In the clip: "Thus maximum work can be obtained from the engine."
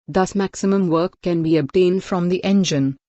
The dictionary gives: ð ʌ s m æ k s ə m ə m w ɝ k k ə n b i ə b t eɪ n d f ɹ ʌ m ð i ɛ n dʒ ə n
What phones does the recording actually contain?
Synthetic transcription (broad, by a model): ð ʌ s m æ k s ə m ə m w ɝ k k ə n b i ə b t eɪ n d f ɹ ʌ m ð i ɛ n dʒ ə n